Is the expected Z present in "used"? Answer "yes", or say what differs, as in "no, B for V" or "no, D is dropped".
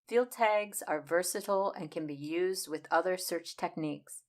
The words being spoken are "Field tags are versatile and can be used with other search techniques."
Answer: yes